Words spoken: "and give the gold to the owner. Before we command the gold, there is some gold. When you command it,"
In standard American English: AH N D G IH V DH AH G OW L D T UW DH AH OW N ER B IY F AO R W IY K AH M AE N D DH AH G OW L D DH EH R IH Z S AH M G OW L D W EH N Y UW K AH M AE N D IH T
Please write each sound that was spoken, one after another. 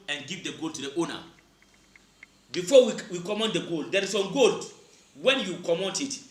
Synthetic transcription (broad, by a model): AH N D G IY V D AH G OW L T UW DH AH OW N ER B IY F AO W W IY K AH M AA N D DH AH G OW L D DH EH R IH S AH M G OW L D W EH N Y UW K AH M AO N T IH T